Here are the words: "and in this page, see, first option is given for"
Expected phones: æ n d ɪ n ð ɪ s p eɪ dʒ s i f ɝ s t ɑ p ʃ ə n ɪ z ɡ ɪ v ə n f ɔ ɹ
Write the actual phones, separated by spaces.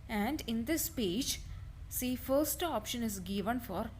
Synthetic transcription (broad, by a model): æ n d ɪ n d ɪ s p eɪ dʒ s i f ɝ s t ɑ p ʃ ə n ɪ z ɡ ɪ v ə n f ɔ ɹ